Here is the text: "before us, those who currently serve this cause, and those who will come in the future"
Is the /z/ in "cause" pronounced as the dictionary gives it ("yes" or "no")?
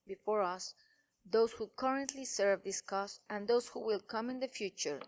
no